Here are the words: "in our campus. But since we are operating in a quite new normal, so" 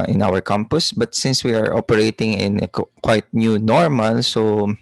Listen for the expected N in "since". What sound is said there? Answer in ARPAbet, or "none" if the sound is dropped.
N